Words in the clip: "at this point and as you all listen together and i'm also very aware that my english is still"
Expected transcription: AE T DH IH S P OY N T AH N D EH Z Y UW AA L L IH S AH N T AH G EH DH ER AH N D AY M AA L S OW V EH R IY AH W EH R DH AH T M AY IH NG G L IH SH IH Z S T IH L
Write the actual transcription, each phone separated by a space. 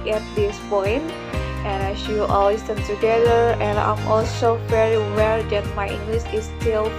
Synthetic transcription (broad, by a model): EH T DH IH S P OY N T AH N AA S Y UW AA L W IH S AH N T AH G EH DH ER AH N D AY M AA L S OW V EH R IY W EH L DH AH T M AY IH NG G L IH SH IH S T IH L